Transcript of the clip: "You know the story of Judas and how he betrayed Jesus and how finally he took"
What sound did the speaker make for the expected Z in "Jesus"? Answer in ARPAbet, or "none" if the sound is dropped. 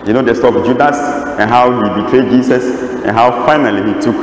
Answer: S